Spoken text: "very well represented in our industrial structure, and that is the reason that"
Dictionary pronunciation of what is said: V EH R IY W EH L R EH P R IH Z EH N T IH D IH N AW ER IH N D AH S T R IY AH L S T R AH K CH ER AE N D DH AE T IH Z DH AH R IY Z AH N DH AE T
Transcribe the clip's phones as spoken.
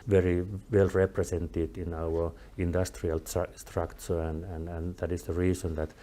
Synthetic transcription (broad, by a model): V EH R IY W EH L R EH P R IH S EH N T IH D IH N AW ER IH N D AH S T R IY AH L S T R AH K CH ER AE N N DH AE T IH S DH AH R IY S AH N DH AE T